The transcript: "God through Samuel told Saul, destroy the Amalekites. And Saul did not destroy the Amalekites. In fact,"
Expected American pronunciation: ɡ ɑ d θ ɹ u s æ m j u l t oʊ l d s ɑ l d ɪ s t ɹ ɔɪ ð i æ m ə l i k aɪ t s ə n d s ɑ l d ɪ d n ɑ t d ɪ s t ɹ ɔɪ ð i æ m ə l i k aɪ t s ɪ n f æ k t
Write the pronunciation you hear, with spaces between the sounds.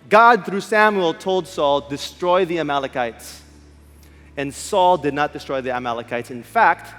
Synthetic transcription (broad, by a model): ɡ ɑ d θ ɹ u s æ m j u l t oʊ l d s ɑ l d ɪ s t ɹ ɔɪ ð i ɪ m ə l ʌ k aɪ t s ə n s ɑ l d ɪ d n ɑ t d ɪ s t ɹ ɔɪ ð i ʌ m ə l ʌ k aɪ t s ɪ n f æ k t